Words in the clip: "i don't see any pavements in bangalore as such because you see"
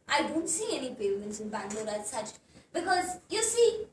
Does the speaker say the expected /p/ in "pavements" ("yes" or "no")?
no